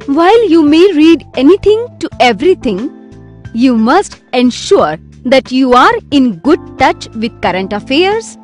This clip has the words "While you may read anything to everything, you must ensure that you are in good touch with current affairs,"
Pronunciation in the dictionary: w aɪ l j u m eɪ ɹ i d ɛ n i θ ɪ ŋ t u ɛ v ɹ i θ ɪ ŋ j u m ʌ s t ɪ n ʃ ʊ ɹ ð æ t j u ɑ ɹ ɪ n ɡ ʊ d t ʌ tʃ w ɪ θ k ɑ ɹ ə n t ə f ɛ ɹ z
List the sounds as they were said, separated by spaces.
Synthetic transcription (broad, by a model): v aɪ l j u m eɪ ɹ i d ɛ n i t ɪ ŋ t u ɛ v ɹ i t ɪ ŋ j u m ʌ s t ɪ n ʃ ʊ ɹ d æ t j u ɑ ɹ ɪ n ɡ ʊ d t ʌ tʃ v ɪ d k ɑ ɹ ə n t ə f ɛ ɹ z